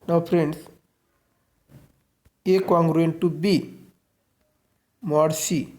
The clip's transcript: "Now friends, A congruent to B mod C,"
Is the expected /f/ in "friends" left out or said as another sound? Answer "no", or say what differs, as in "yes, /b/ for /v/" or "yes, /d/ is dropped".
yes, /p/ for /f/